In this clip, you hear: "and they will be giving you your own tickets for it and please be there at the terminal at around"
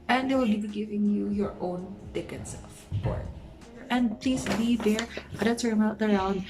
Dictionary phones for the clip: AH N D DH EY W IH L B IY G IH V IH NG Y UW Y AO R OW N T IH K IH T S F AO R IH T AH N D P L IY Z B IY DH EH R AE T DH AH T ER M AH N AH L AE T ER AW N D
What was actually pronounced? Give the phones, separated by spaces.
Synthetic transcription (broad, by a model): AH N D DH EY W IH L B IY G IH V IH NG Y UW Y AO R OW N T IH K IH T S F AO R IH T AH N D P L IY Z B IY DH EH R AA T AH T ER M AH AH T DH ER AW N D